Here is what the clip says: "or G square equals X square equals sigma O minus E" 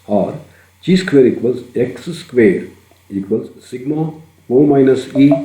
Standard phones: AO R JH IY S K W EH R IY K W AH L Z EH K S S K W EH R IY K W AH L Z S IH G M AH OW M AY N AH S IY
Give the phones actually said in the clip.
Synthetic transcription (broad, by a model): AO R CH IY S K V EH R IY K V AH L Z EH K S S K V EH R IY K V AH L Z S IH G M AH OW M AY N AH S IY